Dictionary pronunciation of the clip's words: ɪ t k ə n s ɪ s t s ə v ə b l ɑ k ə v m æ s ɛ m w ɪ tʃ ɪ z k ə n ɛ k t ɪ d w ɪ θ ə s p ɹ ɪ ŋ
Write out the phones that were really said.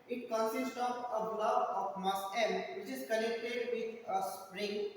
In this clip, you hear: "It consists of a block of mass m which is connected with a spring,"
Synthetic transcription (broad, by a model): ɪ t k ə n s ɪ s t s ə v ə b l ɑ ə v m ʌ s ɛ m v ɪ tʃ ɪ z k ə n ɛ k t ɪ d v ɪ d ə s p ɹ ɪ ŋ